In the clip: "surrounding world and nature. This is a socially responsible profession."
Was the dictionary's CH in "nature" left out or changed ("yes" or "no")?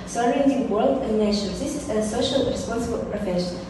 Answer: yes